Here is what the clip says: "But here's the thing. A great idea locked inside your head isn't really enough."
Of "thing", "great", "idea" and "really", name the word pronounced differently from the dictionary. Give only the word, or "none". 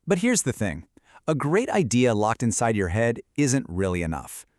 none